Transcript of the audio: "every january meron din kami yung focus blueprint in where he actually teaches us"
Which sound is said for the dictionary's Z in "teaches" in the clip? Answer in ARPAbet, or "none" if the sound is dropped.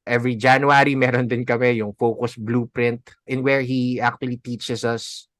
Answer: S